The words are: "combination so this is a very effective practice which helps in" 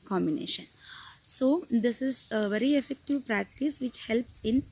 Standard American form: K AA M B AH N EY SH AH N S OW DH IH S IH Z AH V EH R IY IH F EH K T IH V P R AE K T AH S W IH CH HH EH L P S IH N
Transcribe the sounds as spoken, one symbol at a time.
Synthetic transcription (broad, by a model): K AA M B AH N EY SH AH N S OW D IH S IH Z AH V EH R IY IH F EH K T IH V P R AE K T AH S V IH CH HH EH L P S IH N